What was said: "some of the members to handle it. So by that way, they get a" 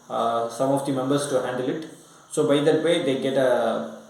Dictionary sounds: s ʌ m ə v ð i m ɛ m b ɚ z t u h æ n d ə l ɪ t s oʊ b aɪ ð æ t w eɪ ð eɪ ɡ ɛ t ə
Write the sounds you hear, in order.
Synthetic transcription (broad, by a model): s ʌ m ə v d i m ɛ m b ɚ s t u h æ n d ə l ɪ t s oʊ b aɪ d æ t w eɪ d eɪ ɡ ɛ t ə